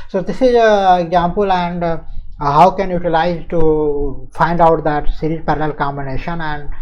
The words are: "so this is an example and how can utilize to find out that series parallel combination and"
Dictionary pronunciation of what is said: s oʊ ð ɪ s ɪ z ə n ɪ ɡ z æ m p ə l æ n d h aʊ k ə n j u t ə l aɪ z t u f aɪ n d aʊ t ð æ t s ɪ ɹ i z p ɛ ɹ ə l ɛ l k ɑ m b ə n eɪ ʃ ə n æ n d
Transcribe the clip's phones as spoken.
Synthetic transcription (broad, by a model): s oʊ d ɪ s ɪ z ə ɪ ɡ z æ m p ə l æ n d h aʊ k ə n j u t ə l aɪ z t u f aɪ n d aʊ t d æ t s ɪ ɹ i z p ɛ ɹ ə l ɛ l k ɑ m b ə n eɪ ʃ ə n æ n d